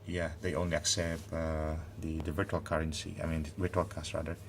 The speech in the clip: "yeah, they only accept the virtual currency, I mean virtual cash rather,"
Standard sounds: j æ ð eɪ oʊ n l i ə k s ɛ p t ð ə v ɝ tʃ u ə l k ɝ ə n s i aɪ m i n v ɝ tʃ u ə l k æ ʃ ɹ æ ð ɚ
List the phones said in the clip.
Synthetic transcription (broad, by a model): j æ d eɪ oʊ n l i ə k s ɛ p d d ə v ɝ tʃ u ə l k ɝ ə n s i aɪ m i n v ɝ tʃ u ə l k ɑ s ɹ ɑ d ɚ